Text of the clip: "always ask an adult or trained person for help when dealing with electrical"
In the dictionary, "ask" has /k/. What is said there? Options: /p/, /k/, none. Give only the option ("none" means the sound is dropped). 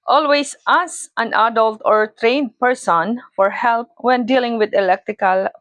none